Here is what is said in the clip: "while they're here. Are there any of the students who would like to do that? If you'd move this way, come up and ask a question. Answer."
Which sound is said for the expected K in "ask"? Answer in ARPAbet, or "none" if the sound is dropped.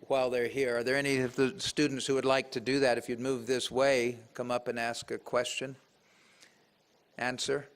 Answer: K